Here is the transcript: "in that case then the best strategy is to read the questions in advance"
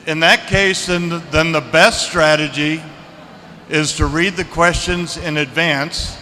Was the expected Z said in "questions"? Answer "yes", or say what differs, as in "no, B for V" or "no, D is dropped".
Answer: yes